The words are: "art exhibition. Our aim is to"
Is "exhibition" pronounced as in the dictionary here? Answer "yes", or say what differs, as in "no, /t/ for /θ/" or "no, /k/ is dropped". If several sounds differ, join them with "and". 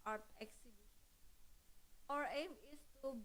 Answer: no, /n/ is dropped